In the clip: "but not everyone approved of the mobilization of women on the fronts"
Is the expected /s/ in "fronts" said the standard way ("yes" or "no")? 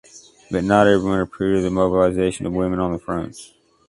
no